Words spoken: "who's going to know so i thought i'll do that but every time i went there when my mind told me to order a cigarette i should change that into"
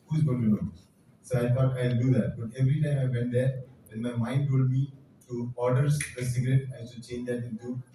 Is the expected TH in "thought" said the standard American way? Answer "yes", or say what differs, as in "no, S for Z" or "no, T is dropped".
no, T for TH